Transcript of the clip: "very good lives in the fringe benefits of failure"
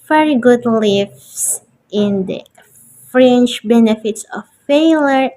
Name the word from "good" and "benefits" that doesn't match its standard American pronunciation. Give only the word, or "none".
none